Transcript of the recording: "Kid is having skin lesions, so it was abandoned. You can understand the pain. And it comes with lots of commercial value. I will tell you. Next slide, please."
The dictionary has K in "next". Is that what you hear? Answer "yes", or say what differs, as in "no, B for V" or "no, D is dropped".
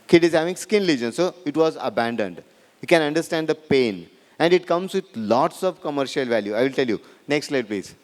yes